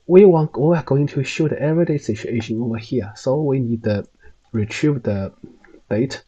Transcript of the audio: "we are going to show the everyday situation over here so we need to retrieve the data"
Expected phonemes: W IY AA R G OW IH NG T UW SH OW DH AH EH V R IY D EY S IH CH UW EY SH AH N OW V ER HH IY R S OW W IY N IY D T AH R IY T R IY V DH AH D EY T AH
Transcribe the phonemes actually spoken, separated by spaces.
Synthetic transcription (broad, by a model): W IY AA W G OW IH NG T UW SH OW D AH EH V R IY D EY S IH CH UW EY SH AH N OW V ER HH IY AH S OW W IY N IY D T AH R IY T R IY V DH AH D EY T